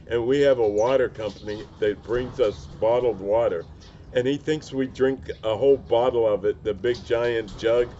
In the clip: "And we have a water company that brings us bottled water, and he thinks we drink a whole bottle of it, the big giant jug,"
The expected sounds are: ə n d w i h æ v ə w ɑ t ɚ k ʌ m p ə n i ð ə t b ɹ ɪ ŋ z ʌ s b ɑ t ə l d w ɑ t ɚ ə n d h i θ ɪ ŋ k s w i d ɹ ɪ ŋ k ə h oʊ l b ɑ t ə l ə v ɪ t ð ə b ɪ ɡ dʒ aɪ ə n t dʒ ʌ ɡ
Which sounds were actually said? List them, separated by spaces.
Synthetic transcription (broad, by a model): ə n w i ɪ v ə w ɑ t ɚ k ʌ m p ə n i ð ə t b ɹ ɪ ŋ z ʌ s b ɑ t l d w ɑ t ɚ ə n i θ ɪ ŋ k s w i d ɹ ɪ ŋ k ə h oʊ l b ɑ t l ə v ɪ t ð ə b ɪ ɡ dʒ aɪ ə n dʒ ʌ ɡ